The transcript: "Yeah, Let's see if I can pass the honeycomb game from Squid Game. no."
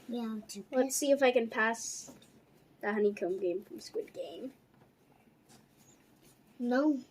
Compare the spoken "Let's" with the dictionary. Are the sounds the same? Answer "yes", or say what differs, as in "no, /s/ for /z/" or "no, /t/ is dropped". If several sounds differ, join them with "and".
no, /w/ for /l/